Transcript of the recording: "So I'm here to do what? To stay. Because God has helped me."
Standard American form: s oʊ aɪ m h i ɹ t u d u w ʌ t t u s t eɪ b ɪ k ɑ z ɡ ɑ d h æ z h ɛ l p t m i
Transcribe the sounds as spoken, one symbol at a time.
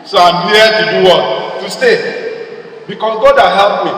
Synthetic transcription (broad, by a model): s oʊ aɪ m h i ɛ t u d u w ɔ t t u s t eɪ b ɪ k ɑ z ɡ ɑ d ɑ h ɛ p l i